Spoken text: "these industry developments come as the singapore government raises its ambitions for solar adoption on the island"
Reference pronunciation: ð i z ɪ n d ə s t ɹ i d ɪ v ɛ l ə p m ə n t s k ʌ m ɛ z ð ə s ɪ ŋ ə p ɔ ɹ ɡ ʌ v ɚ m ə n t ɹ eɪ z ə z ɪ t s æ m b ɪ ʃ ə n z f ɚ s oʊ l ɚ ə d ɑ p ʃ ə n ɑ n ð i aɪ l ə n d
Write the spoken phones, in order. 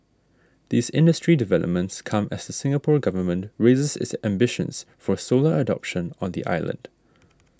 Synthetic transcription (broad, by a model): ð i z ɪ n d ə s t ɹ i d ɪ v ɛ l ə p m ə n t s k ʌ m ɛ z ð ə s ɪ ŋ ə p ɔ ɹ ɡ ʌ v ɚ m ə n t ɹ eɪ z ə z ɪ t s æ m b ɪ ʃ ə n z f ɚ s oʊ l ɚ ə d ɑ p ʃ ə n ɑ n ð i aɪ l ə n d